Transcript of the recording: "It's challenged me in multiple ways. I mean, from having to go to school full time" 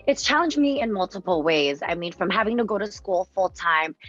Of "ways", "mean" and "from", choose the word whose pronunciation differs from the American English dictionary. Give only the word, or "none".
none